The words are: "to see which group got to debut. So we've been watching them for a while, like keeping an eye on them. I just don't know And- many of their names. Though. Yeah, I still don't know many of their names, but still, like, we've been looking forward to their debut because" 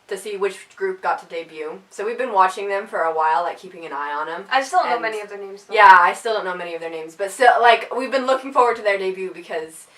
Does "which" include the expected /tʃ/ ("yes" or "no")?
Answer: yes